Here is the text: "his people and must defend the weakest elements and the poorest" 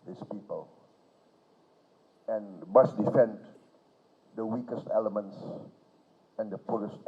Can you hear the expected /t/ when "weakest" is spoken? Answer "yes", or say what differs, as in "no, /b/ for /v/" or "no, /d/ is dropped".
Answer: yes